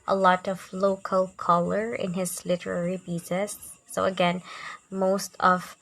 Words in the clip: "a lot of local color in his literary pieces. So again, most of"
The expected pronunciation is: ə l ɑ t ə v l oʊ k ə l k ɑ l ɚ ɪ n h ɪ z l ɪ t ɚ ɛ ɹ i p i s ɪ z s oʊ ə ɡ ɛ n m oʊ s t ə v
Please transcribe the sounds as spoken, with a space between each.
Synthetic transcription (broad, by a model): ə l ɑ t ə v l oʊ k ə l k ɑ l ɚ ɪ n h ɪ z l ɪ t ɚ ɛ ɹ i b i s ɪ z s oʊ ə ɡ ɛ n m oʊ s t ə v